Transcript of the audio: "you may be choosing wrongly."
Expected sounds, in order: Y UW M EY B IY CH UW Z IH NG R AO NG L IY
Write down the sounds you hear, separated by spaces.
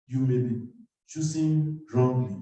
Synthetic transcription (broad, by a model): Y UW M EY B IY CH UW S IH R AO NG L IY